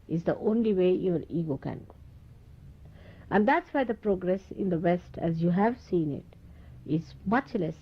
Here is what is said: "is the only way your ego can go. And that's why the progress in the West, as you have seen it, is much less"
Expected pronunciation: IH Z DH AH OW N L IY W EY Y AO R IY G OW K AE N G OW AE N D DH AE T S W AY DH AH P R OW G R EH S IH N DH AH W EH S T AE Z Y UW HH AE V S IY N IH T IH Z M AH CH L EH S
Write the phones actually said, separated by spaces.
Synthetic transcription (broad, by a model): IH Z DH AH OW N L IY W EY Y AO R IY G OW K AE N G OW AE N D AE T S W AY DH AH P R OW G R EH S IH N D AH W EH S T AE Z Y UW HH AE V S IY N IH T IH Z M AH CH L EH S